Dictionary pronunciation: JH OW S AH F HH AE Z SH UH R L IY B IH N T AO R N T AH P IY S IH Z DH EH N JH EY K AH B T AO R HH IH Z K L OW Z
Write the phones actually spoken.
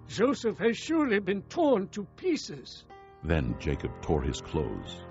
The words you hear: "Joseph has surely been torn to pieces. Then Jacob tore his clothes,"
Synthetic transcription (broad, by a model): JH OW S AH F HH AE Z SH UH R L IY B IH N T AO R N T AH P IY S IH Z DH EH N JH EY K AH B T AO R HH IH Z K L OW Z